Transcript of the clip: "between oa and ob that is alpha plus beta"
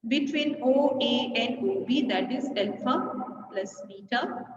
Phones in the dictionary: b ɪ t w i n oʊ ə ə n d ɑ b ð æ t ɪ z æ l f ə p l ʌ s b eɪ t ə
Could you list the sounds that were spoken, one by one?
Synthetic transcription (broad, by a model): b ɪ t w i n oʊ ə ə n d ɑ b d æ t ɪ z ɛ l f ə p l ʌ s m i t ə